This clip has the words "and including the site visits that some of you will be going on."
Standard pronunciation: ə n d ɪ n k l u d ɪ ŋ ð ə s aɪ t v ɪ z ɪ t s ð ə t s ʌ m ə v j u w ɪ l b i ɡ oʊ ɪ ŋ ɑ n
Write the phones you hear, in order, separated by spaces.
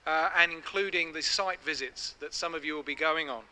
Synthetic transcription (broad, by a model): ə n ɪ n k l u d ɪ ŋ ð ə s aɪ t v ɪ z ɪ t s ð ə t s ʌ m ə v j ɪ w ɪ l b i ɡ oʊ ɪ ŋ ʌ n